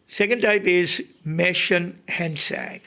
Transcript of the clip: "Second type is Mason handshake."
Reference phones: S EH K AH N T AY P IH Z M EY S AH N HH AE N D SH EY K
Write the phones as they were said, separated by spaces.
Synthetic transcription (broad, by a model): S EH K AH N T AY P IH Z M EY SH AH N HH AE N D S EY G